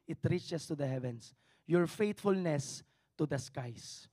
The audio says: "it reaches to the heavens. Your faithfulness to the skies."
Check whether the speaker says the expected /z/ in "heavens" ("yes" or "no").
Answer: no